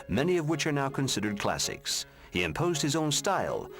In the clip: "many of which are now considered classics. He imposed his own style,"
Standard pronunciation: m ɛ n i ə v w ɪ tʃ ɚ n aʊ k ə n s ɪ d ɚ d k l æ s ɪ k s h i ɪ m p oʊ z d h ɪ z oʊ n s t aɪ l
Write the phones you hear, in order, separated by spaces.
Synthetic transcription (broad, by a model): m ɛ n i ə v w ɪ tʃ ɚ n aʊ k ə n s ɪ d ɚ d k l æ s ɪ k s h i ɪ m p oʊ z d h ɪ z oʊ n s t aɪ l